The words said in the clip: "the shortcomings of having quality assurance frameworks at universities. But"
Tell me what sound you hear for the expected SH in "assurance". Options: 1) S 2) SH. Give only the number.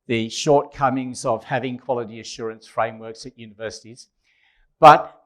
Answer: 2